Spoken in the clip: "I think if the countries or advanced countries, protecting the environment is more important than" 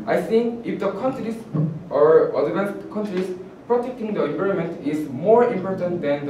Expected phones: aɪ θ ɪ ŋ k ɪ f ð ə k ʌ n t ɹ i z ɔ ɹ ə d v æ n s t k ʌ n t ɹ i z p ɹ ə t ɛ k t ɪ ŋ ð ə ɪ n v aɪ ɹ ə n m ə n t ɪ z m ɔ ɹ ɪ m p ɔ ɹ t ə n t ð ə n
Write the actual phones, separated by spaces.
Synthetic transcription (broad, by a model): aɪ s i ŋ ɪ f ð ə k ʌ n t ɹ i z ɔ ɹ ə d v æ n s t k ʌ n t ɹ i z p ɹ ə t ɛ k t ɪ ŋ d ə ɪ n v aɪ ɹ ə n m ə n t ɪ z m ɔ ɹ ɪ m p ɔ ɹ t ə n t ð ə n